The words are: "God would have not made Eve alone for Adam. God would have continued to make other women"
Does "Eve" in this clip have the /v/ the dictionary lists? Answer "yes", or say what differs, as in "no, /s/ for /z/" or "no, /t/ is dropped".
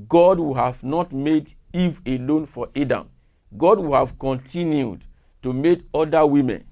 yes